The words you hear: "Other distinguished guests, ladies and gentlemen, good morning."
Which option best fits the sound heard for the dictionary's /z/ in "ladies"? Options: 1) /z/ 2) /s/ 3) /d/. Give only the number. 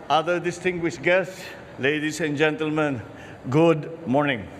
2